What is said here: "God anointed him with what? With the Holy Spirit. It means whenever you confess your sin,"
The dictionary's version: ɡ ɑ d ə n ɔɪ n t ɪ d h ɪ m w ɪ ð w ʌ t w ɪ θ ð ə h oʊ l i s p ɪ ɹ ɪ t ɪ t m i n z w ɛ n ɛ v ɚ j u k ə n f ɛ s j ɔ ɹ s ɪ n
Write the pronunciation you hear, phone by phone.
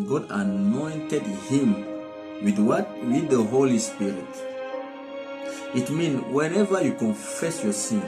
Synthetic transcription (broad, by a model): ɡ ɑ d ə n ɔɪ n t ɪ d h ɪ m w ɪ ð w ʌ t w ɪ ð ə h oʊ l i s p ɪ ɹ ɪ t ɪ t m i n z w ɛ n ɛ v ɚ j u k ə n f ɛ s j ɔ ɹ s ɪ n